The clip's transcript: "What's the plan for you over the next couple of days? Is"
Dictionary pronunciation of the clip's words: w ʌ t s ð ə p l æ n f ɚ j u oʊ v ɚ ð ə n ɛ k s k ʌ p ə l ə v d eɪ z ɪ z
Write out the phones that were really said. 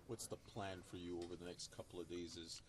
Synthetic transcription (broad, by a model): w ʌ t s ð ə p l æ n f ɚ j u oʊ v ɚ ð ə n ɛ k s k ʌ p l ə v d eɪ z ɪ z